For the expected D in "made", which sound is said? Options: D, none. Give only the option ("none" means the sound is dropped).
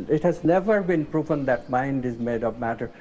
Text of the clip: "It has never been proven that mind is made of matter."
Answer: D